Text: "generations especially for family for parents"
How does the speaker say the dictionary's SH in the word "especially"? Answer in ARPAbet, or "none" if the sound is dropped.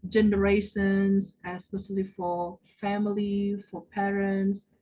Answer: S